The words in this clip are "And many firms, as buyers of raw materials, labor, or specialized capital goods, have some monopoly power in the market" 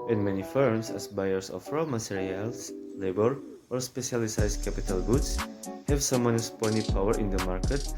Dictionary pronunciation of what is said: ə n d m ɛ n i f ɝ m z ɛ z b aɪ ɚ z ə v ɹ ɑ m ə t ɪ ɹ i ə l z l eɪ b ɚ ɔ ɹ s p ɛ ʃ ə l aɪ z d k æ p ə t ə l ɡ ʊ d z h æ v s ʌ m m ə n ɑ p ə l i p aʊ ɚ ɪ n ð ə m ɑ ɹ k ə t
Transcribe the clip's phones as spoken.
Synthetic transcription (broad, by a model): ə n m ɛ n i f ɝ m s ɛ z b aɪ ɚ s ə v ɹ ɑ m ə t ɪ ɹ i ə l s l eɪ b ɚ ɔ ɹ s p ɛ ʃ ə l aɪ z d k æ p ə t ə l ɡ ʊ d s h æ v s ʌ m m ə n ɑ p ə n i p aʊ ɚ ɪ n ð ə m ɑ ɹ k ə t